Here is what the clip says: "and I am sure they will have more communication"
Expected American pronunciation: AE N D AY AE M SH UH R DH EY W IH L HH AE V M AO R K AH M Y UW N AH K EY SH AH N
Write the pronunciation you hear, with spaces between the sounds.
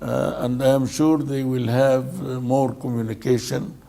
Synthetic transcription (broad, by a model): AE N D AY M SH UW R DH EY W IH L HH AE V M AO R K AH M Y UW N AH K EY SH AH N